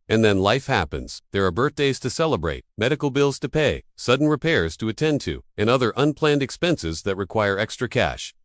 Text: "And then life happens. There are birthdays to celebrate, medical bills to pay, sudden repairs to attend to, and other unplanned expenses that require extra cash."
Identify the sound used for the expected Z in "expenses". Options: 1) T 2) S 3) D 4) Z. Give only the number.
4